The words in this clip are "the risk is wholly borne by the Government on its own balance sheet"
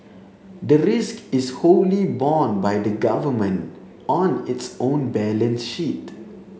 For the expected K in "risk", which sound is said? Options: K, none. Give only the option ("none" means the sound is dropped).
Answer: K